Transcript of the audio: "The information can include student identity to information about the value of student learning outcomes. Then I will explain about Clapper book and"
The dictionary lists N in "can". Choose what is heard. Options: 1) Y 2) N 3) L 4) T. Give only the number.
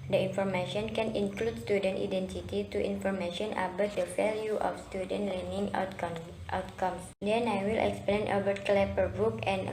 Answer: 2